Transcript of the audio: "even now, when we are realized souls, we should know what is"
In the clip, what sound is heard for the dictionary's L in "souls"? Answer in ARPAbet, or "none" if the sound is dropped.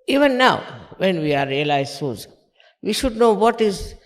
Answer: none